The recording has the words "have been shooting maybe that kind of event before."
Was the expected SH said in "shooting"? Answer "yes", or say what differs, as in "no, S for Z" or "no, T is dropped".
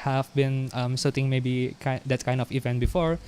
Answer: no, S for SH